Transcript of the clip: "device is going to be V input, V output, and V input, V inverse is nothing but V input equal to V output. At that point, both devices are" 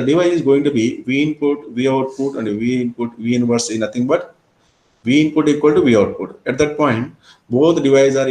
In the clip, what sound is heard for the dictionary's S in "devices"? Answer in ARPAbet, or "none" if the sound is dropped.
none